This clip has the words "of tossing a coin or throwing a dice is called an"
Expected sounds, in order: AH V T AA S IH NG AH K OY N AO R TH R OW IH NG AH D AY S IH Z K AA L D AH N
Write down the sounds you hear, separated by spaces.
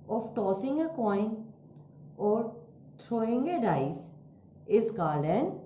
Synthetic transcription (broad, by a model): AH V T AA S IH NG AH K OY N AO R T R OW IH NG AH D AY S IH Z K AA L AH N